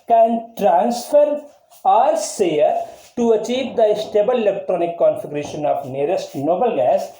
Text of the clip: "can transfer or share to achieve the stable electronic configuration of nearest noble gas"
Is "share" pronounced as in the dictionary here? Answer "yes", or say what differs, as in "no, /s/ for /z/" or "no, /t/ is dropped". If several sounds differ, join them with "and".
no, /s/ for /ʃ/